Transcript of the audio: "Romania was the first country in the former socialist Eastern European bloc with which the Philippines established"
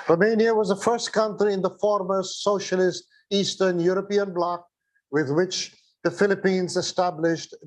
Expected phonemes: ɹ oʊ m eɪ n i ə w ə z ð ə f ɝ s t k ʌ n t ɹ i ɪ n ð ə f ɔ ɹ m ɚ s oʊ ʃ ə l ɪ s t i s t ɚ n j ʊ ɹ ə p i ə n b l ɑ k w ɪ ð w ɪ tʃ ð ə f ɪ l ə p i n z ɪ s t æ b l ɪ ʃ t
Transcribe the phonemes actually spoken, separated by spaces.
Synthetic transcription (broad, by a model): ɹ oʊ m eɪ n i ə w ə z ð ə f ɝ s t k ʌ n t ɹ i ɪ n ð ə f ɔ ɹ m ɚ s oʊ ʃ ə l ɪ s t i s t ɚ n j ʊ ɹ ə p i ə n b l ɑ k w ɪ ð w ɪ tʃ ð ə f ɪ l ə p i n z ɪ s t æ b l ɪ ʃ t